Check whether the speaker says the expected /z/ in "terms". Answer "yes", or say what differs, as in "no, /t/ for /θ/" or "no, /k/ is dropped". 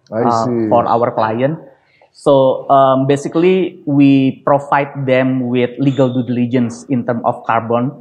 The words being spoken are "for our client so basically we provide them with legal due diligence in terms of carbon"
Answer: no, /z/ is dropped